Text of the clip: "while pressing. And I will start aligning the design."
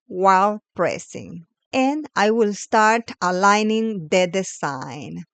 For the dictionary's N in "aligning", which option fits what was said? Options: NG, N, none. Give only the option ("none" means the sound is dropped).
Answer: N